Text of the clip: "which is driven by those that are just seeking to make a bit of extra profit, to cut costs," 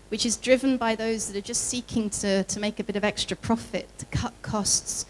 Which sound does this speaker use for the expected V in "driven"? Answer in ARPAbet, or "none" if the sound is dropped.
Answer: V